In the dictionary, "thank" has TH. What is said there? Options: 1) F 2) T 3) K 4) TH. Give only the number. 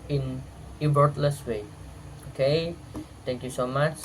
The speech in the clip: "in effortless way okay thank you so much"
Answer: 2